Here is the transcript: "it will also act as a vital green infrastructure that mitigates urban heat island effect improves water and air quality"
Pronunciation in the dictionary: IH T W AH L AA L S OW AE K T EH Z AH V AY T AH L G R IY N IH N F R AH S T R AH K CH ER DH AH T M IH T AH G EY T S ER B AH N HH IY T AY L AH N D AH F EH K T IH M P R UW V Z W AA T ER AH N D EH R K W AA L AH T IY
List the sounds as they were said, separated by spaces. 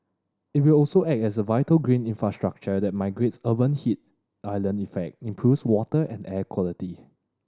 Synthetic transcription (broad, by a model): IH T W AH L AA L S OW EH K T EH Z AH V AY T AH L G R IY N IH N F R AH S T R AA K CH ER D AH T M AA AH G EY T S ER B AH N HH IY T AY L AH N AH F EH K T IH M P R UW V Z W AA T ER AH N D EH K W AA L AH T IY